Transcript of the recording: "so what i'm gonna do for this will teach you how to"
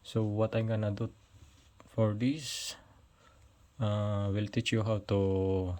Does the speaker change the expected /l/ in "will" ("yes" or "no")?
no